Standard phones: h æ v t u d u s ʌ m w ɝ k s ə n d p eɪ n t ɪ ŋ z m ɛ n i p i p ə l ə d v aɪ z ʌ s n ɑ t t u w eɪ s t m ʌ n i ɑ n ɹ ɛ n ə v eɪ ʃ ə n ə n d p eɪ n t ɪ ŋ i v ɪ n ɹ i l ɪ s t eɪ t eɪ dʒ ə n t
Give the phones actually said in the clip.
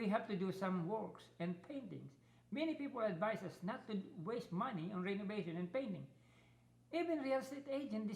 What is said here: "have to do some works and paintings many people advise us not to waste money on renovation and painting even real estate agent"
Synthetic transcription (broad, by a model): h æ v t u d u s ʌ m w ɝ k s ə n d p eɪ n t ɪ ŋ s m ɛ n i p i p ə l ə d v aɪ s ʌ s n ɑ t t u w eɪ s t m ʌ n i ɑ n ɹ ɛ n ə v eɪ ʃ ə n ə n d p eɪ n t ɪ ŋ i v ɪ n ɹ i l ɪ s t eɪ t eɪ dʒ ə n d